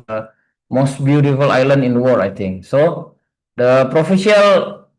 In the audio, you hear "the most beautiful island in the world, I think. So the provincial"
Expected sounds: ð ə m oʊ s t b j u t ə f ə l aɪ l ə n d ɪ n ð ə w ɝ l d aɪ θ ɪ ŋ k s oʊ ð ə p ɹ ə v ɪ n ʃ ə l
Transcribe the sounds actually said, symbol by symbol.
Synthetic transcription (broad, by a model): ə m oʊ s t b j u t ə f ə l aɪ l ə n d ɪ n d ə w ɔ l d aɪ t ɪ ŋ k s oʊ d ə p ɹ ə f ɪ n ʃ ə l